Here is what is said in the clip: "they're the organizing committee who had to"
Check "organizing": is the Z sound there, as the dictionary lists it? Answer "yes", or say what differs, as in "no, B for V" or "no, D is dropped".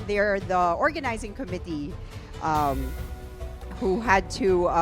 yes